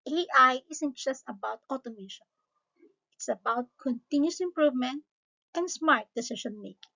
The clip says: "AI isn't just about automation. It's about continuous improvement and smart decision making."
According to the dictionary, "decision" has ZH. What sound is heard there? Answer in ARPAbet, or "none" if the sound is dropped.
SH